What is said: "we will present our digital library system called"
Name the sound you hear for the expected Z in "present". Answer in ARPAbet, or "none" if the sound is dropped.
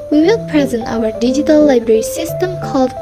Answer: Z